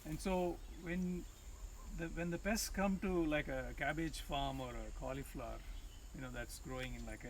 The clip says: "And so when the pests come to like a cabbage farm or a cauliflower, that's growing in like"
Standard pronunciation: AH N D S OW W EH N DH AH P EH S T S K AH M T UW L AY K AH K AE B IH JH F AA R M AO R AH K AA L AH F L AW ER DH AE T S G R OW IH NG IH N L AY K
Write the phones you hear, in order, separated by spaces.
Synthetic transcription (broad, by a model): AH N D S OW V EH N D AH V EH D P S K AH M T UW L AY K AH K AE B IH JH F AA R M AO R AH K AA L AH F L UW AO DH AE T S G R OW IH NG IH N L AY K